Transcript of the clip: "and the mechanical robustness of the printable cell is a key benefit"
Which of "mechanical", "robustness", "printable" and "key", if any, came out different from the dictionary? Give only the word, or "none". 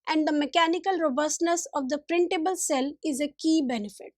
none